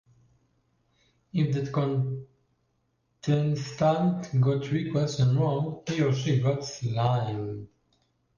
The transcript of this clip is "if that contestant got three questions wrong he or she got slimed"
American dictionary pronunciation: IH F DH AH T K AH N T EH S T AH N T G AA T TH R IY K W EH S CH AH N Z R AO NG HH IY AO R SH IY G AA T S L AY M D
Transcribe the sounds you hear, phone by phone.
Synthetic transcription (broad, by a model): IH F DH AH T K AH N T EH S T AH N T G AA T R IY K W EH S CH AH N R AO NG HH IY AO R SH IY G AA T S L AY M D